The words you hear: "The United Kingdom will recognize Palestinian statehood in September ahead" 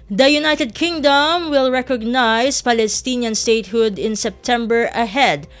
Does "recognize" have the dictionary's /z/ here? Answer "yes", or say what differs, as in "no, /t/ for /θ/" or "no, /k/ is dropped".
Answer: no, /s/ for /z/